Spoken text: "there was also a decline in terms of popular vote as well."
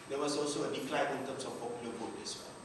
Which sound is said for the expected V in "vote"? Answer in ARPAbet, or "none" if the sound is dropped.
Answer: B